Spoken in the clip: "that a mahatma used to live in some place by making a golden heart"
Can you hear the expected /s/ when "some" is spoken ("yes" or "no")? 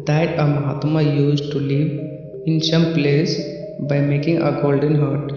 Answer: yes